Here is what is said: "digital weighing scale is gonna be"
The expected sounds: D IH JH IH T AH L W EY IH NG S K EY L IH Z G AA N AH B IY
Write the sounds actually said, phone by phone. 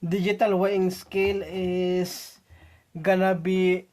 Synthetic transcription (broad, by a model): D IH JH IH T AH L W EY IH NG S K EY L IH S G AA N AH B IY